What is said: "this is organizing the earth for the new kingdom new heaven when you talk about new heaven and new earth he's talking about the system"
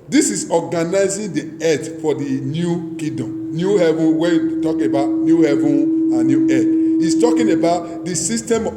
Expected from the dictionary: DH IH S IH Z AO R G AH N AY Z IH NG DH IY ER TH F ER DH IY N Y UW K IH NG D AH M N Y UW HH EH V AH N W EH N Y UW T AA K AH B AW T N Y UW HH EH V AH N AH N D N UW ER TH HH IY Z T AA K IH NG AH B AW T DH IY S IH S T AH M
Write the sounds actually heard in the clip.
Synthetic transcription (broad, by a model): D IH S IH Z AO G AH N AY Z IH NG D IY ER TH F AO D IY N Y UW K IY D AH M N Y UW HH EH V AH N W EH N Y UW T AA K AH B AW T N Y UW HH EH V AH N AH N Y UW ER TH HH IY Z T AA K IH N AH B AW T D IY S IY S T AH M